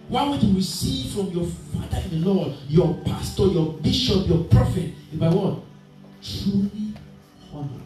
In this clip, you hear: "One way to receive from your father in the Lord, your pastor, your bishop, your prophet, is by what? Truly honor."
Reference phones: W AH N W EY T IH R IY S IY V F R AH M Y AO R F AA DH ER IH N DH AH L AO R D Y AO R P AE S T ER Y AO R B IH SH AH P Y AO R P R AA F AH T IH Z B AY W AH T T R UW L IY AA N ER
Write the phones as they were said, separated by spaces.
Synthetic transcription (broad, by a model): W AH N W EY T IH W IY S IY F R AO M Y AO F AA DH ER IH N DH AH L AO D Y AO P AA S T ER Y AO B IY SH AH P Y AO P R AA F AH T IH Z B AY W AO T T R UW L IY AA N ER